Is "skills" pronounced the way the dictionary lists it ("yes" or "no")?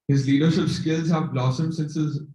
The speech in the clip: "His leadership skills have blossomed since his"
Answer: yes